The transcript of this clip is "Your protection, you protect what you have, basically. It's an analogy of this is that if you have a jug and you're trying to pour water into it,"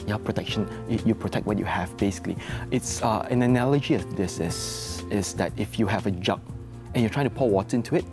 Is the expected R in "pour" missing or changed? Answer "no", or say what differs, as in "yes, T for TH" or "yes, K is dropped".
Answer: yes, L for R